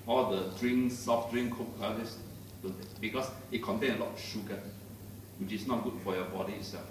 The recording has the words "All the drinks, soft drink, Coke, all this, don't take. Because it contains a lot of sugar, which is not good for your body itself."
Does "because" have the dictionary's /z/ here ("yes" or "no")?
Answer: no